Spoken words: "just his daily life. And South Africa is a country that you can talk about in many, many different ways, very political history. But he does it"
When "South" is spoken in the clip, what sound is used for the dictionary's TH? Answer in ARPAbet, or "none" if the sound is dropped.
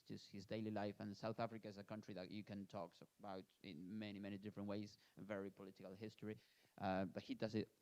TH